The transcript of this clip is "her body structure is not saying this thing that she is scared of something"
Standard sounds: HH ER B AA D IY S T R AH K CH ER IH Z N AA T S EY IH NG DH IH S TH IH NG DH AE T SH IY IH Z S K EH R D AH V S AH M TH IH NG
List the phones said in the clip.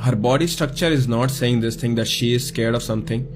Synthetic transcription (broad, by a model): HH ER B AA D IY S T R AH K CH ER IH Z N AA T S EY IH NG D IH S T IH NG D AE T SH IY IH Z S K EH R D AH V S AH M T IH NG